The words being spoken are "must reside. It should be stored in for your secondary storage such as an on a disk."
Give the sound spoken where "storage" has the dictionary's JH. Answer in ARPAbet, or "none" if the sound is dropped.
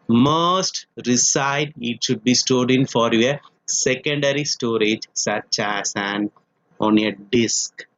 JH